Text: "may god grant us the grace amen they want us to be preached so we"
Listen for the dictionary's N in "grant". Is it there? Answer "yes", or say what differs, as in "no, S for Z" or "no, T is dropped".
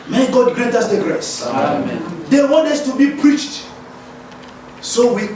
no, N is dropped